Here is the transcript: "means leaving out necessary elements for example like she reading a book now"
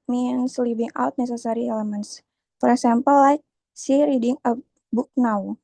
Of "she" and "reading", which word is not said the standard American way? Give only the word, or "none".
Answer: she